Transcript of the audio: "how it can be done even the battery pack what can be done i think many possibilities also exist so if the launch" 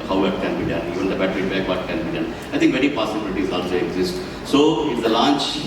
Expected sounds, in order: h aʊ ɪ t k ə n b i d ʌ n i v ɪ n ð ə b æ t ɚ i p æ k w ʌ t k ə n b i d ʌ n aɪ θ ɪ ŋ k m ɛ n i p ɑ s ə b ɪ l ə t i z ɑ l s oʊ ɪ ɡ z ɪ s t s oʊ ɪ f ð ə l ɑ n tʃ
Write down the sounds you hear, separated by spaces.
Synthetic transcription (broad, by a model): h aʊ ɪ t k ə n b i d ʌ n i v ɪ n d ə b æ t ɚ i b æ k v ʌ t k ə n b i d ʌ n aɪ t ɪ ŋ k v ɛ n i p ɑ s ə b ɪ l ə t i z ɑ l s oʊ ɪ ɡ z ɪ s t s oʊ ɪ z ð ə l ɑ n tʃ